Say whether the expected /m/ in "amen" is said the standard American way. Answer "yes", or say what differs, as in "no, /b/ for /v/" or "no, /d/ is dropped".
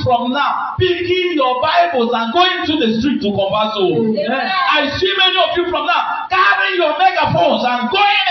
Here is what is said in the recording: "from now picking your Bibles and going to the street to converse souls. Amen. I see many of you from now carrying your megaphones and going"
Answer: no, /m/ is dropped